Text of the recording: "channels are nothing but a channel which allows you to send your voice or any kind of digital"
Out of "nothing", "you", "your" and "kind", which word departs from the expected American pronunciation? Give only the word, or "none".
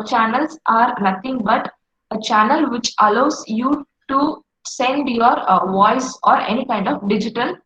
nothing